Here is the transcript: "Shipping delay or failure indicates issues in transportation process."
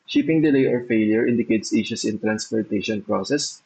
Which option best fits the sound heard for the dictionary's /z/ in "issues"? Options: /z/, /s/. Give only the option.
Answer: /s/